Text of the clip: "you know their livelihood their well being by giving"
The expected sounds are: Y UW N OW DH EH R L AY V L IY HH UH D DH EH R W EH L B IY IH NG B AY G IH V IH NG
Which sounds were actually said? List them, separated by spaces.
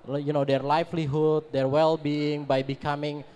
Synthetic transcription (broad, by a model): Y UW N OW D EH R L AY F L IY HH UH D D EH R W EH L B IY IH NG B AY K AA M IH NG